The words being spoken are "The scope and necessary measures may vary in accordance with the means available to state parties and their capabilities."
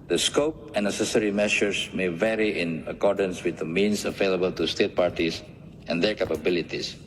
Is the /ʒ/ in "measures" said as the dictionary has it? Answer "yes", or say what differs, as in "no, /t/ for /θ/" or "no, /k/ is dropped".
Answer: no, /ʃ/ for /ʒ/